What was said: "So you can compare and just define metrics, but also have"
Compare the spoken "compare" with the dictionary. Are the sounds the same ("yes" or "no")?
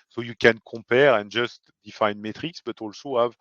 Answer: no